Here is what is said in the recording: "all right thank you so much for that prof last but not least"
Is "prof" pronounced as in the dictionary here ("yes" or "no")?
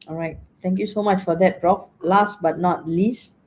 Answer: yes